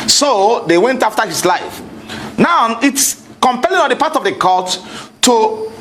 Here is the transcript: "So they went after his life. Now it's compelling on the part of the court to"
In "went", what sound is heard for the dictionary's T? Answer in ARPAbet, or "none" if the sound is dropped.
T